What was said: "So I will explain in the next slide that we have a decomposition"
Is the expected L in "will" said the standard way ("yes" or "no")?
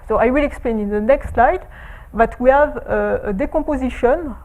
yes